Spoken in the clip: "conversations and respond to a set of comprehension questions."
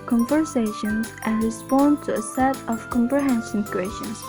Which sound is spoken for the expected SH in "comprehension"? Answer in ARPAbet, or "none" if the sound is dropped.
S